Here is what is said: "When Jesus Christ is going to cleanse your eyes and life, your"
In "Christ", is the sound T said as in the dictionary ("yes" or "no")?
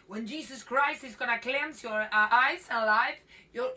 yes